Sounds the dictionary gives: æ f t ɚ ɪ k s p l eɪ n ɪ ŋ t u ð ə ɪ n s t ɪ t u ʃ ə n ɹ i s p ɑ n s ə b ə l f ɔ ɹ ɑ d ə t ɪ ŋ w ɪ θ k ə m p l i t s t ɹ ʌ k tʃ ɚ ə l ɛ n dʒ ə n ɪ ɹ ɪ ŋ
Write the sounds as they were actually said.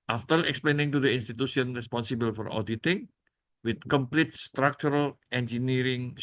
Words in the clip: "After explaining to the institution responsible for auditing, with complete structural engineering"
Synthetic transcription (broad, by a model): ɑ f t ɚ ɪ k s p l eɪ n ɪ ŋ t u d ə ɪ n s t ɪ t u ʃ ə n ɹ i s p ɑ n s ə b ə l f ɔ ɹ ɑ d ə t ɪ ŋ w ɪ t k ə m p l i t s t ɹ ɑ k tʃ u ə l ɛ n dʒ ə n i ɹ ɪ ŋ